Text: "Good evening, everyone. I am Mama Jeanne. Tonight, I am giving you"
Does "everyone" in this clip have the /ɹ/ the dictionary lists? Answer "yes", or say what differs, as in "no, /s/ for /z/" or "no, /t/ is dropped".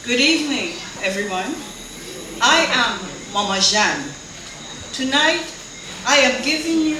yes